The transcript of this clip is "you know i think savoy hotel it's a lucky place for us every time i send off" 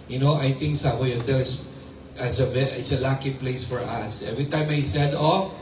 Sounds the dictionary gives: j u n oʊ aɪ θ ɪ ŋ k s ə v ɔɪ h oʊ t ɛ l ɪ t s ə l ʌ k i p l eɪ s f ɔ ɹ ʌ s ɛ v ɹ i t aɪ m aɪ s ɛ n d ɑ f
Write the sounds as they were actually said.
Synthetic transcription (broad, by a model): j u n oʊ aɪ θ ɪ ŋ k s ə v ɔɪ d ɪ s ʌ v ɪ t s ə l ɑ k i p l eɪ s f ɔ ɹ ʌ s ɛ v ɹ i t aɪ m aɪ s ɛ d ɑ f